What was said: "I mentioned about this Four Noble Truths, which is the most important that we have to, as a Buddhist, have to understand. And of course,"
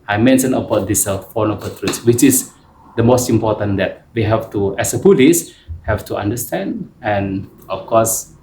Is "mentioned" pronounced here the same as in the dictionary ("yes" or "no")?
no